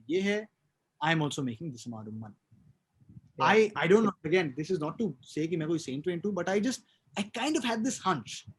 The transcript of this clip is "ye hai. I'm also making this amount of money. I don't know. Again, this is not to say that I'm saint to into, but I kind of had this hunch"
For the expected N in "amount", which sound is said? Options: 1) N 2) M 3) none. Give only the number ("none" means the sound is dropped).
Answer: 3